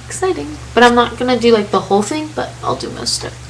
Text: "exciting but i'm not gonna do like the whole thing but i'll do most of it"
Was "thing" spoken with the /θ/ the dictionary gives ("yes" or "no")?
yes